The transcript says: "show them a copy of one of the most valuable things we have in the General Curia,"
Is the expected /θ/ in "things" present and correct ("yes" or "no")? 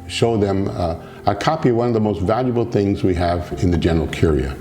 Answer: yes